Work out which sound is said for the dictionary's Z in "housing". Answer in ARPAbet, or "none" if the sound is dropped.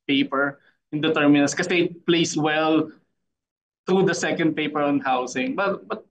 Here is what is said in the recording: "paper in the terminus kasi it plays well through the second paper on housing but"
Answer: S